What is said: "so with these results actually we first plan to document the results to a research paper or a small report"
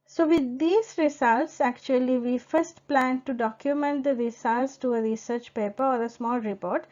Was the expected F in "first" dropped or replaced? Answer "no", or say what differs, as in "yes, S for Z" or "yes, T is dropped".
no